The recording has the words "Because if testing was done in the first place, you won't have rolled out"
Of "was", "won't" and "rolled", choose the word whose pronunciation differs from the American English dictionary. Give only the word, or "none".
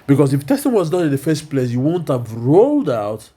none